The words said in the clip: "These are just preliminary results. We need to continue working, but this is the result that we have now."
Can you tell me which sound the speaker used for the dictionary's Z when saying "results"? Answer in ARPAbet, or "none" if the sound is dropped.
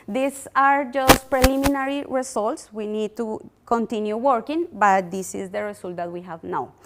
S